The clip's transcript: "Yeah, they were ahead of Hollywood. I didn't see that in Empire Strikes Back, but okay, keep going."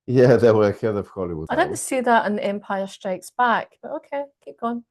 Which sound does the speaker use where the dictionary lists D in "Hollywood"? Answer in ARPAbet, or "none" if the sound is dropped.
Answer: none